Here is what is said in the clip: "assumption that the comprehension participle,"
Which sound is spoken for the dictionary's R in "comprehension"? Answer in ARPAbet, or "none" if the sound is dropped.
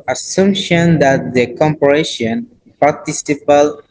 none